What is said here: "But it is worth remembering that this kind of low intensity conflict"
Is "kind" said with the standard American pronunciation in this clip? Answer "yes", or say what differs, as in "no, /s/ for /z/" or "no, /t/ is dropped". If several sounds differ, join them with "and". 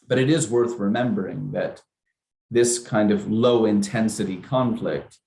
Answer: yes